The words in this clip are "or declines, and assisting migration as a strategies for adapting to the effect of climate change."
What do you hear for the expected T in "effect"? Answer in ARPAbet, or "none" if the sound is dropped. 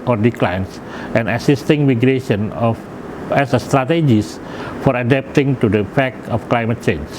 none